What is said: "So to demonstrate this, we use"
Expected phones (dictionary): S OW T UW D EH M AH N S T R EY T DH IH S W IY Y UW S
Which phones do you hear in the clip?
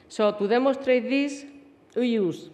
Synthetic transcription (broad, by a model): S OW T UW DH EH M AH S T R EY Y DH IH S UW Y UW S